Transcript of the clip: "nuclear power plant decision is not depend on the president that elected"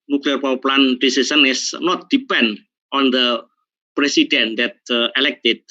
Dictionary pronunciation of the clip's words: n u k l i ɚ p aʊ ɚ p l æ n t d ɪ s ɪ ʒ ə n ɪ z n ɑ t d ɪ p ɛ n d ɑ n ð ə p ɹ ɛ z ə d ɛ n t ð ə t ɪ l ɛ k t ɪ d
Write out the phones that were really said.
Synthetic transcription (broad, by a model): n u k l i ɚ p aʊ p l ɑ n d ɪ s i s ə n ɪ s n ɑ t d ɪ p ɛ n d ɑ n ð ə p ɹ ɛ s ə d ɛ n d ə t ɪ l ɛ k t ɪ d